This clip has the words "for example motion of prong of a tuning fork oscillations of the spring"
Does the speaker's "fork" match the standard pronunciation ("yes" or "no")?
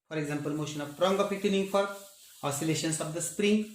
no